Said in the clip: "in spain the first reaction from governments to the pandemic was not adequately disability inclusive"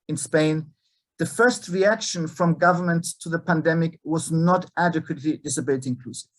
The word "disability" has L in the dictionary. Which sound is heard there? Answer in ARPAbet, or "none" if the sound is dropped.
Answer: none